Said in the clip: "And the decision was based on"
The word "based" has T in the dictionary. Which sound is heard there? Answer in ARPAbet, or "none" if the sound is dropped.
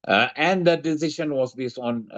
none